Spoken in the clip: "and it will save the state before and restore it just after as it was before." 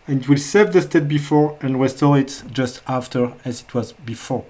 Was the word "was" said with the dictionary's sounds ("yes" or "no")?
yes